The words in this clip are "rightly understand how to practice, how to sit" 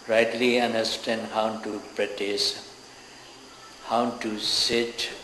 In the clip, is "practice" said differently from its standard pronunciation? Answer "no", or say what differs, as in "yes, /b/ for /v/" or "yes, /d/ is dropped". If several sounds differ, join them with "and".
yes, /k/ is dropped